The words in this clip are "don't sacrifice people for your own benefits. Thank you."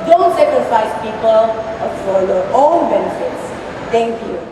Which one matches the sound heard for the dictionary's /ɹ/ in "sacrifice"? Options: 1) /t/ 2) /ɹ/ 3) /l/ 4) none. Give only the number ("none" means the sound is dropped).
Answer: 4